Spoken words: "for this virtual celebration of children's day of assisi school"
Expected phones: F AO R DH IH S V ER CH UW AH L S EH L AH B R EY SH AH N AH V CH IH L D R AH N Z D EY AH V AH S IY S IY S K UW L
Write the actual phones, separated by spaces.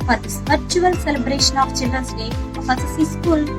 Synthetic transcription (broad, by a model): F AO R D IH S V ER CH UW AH L S EH L AH B R EY SH AH N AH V CH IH L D R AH N S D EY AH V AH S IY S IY S K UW L